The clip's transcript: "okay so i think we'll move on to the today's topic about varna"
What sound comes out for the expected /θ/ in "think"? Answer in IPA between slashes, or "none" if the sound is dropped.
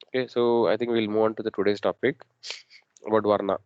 /t/